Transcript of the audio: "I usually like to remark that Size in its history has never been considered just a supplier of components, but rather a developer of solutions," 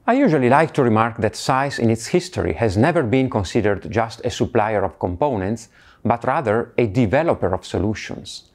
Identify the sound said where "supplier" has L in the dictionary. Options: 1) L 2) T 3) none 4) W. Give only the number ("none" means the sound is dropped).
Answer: 1